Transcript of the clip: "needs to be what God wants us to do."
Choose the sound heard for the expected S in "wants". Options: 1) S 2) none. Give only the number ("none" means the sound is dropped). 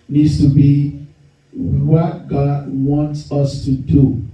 1